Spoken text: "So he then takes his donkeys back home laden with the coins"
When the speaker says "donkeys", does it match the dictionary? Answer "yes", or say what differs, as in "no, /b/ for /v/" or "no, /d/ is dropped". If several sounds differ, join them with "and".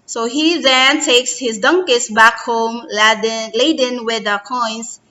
no, /s/ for /z/